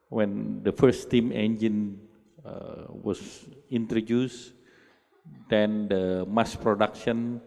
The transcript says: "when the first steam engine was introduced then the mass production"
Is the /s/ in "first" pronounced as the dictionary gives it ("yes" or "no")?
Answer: no